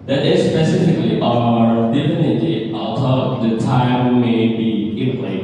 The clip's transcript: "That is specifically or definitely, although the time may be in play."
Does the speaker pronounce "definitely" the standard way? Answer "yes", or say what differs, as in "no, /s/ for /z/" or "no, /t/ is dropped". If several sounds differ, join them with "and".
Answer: no, /l/ is dropped